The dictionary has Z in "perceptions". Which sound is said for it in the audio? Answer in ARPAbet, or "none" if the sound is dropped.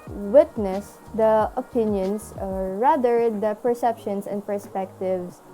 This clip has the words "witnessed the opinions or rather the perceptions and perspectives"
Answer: S